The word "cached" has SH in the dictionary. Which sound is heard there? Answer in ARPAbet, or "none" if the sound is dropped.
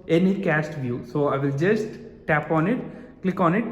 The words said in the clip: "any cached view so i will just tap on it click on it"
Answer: S